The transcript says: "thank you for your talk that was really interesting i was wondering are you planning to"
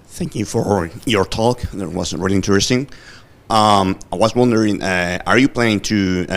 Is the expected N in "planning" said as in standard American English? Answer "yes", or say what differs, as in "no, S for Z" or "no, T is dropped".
no, N is dropped